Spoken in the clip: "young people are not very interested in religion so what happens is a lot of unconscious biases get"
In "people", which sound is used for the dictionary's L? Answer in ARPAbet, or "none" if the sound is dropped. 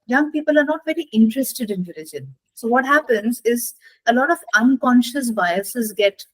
L